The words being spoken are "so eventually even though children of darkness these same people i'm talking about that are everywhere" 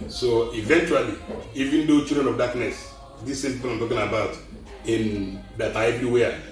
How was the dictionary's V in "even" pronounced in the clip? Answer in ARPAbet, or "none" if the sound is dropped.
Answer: V